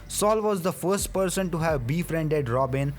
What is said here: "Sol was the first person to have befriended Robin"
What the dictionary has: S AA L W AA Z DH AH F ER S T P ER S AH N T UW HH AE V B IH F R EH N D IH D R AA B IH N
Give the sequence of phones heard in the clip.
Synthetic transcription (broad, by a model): S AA L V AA Z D AH F ER S T P ER S AH N T UW HH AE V B IH F R EH N D IH D R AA B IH N